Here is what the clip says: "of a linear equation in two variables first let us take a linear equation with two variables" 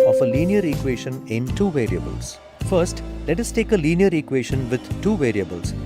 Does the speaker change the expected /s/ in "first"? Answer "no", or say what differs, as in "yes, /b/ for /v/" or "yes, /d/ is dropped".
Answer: no